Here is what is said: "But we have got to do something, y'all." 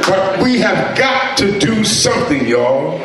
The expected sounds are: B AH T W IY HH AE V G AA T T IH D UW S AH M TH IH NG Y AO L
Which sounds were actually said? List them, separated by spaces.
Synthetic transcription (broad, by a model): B AH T W IY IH V G AA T T IH D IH S AH M TH IH NG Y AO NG